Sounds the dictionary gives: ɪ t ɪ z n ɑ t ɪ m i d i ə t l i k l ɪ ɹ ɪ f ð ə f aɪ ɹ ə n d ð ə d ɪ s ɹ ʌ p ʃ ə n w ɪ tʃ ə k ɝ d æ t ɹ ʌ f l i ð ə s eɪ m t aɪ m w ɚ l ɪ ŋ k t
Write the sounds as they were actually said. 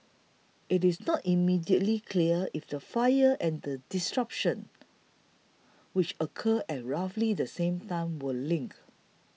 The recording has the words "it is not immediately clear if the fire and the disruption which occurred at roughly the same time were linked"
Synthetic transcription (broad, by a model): ɪ t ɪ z n ɑ t ɪ m i d i ə t l i k l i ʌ ɪ f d ə f aɪ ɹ ə n d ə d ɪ s ɹ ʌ p ʃ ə n w ɪ tʃ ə k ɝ ɛ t ɹ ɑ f l i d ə s eɪ m t aɪ m w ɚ l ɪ ŋ k